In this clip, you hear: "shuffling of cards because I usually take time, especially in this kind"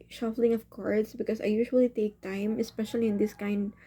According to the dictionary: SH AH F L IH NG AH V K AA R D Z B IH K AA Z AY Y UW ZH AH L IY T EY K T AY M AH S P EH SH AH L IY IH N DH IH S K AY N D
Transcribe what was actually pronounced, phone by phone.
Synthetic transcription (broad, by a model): SH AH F L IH NG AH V K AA R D S B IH K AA S AY Y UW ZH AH L IY T EY K T AY M AH S P EH SH AH L IY IH N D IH S K AY N D